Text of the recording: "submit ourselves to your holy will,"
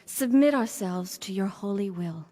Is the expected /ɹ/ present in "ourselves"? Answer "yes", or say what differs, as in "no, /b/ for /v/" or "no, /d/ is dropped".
yes